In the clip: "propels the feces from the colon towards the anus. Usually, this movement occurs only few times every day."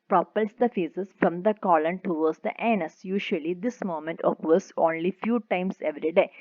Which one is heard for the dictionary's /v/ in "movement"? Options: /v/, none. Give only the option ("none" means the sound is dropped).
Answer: none